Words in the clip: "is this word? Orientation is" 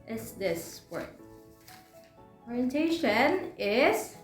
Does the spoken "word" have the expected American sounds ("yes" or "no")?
no